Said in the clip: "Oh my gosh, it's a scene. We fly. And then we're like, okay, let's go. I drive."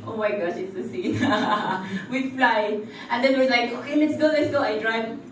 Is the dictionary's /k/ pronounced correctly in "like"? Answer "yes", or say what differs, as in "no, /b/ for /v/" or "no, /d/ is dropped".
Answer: yes